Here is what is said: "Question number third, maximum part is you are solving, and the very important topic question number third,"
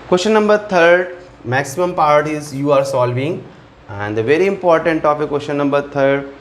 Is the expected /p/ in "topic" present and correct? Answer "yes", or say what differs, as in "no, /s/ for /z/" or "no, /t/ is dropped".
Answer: no, /f/ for /p/